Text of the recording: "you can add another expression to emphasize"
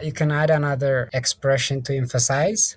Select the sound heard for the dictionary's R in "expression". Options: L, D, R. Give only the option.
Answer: R